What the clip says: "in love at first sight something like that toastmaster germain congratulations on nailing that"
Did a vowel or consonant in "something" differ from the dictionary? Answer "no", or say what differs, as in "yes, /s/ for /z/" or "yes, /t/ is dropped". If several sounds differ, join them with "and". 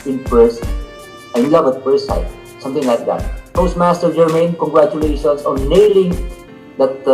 yes, /t/ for /θ/